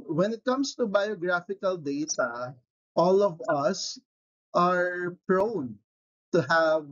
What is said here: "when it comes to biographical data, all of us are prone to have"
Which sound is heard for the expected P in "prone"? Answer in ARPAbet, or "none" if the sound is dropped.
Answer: P